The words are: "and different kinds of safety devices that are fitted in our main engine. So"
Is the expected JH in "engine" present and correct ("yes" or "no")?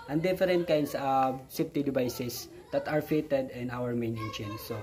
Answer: no